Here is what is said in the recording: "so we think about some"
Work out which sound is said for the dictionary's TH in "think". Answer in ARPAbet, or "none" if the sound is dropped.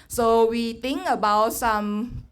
T